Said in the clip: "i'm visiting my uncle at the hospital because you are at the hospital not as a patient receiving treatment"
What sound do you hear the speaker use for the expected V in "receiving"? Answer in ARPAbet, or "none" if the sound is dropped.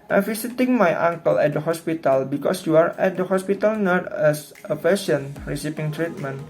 P